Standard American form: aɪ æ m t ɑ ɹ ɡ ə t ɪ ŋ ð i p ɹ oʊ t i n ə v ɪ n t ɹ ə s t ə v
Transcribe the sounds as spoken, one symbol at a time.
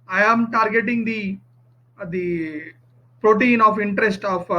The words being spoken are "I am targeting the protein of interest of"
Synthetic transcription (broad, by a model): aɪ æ m t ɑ ɹ ɡ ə t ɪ ŋ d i p ɹ oʊ t i n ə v ɪ n t ɹ ə s t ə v